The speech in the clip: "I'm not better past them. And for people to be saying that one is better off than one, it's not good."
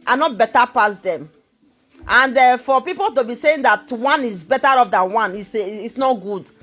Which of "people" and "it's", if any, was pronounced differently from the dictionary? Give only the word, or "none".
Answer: it's